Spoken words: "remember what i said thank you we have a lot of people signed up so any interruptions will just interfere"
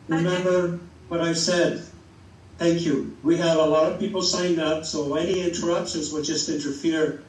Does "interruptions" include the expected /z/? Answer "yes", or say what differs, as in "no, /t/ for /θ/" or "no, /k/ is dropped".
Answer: yes